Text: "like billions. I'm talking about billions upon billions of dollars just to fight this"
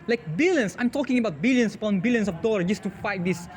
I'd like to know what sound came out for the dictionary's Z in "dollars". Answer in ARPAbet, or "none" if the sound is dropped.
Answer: none